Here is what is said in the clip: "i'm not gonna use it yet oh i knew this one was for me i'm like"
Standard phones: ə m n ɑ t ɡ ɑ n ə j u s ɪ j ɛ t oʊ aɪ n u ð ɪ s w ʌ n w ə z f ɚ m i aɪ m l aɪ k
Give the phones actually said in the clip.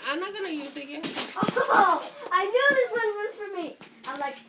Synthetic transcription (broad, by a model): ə n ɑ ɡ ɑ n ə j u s ɪ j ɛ oʊ aɪ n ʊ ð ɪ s w ʌ n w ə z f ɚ m i aɪ m l aɪ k